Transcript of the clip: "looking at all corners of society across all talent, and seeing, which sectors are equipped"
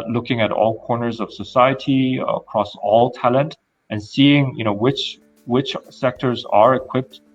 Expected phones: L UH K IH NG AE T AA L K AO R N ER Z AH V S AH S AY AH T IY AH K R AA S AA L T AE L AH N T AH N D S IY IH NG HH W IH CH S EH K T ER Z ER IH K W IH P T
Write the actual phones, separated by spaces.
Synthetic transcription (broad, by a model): L UH K IH NG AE T AA L K AO R N ER Z AH V S AH S AY AH T IY AH K R AA S AA L T AE L AH N T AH N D S IY IH NG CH W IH CH S EH K T ER Z ER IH K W IH P T